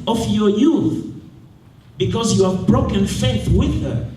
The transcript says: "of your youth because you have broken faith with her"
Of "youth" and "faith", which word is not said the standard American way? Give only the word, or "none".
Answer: none